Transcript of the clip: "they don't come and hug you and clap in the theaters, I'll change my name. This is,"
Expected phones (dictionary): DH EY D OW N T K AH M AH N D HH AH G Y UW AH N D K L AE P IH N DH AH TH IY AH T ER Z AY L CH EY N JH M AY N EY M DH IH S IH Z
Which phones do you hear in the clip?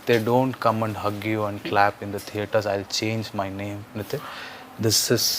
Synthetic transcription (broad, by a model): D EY D OW N T K AH M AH N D HH AH G Y UW AH N D K L AE P IH N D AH T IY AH T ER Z AY L CH EY N JH M AY N EY M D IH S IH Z